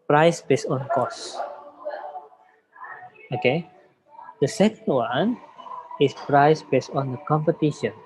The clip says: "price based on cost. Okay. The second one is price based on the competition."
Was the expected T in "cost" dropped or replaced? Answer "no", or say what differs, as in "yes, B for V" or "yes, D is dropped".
yes, T is dropped